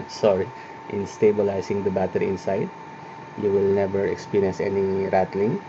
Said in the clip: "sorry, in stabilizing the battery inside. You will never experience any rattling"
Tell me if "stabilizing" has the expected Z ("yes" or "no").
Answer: no